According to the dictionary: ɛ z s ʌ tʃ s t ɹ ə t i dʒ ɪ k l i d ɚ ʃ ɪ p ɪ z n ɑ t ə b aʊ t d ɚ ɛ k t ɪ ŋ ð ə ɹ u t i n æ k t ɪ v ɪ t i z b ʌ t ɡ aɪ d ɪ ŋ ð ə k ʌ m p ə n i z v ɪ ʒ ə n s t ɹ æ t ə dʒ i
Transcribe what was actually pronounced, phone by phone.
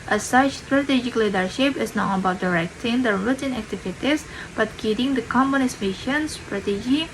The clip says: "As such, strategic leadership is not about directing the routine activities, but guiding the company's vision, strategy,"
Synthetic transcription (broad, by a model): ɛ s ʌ tʃ s t ɹ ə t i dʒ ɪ k l i d ɚ ʃ ɪ p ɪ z n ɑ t ə b aʊ t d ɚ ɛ k t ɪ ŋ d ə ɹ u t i n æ k t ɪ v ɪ t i s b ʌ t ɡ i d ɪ ŋ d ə k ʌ m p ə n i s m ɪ ʃ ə n s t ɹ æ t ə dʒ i